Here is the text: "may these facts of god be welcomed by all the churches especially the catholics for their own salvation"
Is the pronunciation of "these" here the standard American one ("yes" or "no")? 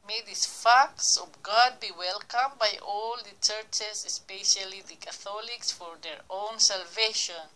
no